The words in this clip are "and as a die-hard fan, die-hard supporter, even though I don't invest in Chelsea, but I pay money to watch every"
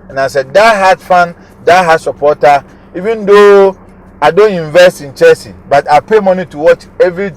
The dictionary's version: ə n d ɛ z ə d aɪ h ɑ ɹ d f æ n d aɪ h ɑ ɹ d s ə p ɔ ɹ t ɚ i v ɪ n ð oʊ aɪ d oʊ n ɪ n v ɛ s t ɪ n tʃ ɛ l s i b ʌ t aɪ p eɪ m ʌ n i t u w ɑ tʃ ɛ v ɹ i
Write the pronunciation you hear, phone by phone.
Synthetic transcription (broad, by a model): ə n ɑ s ə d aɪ h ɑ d f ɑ n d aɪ h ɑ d s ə p ɔ t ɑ i v ɪ n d oʊ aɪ d oʊ n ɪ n v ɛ s t ɪ n tʃ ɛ s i b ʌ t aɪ p eɪ m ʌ n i t u w ɑ tʃ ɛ v ɹ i